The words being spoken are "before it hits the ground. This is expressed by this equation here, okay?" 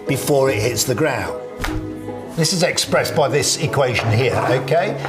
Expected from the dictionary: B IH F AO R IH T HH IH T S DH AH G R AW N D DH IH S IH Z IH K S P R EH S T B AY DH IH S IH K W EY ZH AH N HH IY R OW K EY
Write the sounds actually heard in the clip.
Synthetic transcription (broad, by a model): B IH F AO R IH T HH IH T S DH AH G R AW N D DH IH S IH Z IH K S P R EH S B AY DH IH S IH K W EY ZH AH N HH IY R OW K EY